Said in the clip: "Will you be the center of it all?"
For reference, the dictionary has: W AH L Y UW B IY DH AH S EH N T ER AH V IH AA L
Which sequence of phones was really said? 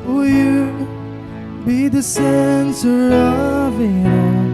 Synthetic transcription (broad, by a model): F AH Y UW B IY DH AH S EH N S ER AH V IH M